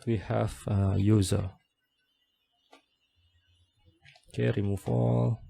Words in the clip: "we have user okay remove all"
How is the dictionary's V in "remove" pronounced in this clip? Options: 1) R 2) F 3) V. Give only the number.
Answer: 2